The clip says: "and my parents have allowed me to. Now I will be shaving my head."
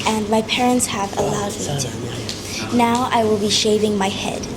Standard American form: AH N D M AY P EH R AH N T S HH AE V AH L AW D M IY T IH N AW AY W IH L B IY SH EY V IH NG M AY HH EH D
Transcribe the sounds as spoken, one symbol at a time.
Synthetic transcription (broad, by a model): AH N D M AY P EH R AH N T S HH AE V AH L AW D M IY T IH N AW AY W IH L B IY SH EY V IH NG M AY HH EH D